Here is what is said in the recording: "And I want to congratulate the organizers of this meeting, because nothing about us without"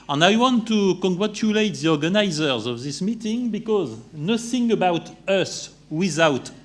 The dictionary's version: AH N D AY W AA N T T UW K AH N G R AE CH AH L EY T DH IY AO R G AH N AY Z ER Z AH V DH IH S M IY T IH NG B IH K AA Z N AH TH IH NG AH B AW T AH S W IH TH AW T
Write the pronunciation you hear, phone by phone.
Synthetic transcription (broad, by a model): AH N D AY W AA N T T UW K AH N G R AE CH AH L EY T DH IY AO R G AH N AY Z ER Z AH V DH IH S M IY T IH NG B IH K AA Z N AH TH IH NG AH B AW T AH S W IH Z AW T